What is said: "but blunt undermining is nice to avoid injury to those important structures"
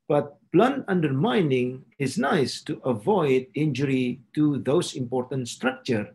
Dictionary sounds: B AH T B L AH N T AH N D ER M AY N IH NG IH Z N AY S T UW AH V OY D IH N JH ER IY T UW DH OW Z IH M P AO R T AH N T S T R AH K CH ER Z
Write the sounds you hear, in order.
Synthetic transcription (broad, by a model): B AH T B L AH N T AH N D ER M AY N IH NG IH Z N AY S T UW AH V OY D IH N JH ER IY T UW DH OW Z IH M P AO R T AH N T S T R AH K CH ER